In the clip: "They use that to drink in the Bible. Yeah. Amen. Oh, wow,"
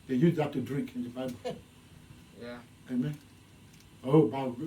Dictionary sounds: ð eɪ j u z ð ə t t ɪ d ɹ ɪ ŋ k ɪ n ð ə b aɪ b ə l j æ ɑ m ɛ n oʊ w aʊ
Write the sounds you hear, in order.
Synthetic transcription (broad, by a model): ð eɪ j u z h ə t t ɪ d ɹ ɪ ŋ k ɪ n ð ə b aɪ b ə l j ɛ ɑ m ɛ n oʊ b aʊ